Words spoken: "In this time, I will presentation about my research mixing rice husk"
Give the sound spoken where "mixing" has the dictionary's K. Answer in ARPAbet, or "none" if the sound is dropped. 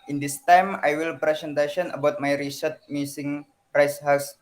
none